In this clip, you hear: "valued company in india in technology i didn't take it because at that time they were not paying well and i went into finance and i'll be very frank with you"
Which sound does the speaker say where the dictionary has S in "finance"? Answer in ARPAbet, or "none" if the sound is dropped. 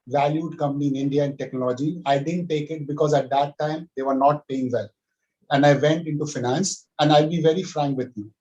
S